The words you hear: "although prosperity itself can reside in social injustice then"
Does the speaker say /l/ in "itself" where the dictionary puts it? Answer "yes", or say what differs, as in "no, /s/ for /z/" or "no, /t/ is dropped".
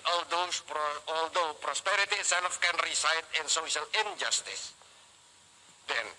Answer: no, /n/ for /l/